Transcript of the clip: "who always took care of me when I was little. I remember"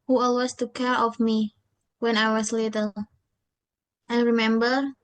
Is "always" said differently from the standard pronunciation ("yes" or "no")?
yes